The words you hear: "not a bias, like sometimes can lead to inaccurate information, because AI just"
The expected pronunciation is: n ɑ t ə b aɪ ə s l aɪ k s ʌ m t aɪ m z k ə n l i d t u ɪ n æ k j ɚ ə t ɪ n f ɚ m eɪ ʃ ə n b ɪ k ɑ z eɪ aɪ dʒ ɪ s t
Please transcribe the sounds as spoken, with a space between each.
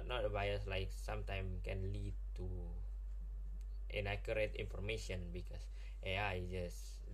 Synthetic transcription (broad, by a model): n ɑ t ə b aɪ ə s l aɪ k s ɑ m t aɪ m k ə n l i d t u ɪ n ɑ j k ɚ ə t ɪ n f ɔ m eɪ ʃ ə n b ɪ k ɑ s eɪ aɪ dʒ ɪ s